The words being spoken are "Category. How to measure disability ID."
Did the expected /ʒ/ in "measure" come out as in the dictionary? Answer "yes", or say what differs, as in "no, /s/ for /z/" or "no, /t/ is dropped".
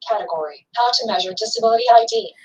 yes